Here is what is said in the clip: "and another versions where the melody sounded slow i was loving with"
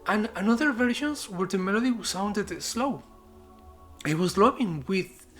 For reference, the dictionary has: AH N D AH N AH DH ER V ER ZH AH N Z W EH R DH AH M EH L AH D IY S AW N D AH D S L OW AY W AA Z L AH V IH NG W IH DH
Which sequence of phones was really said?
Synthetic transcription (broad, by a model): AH N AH N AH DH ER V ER SH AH N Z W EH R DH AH M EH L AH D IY S AW N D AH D S L OW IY W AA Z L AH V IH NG W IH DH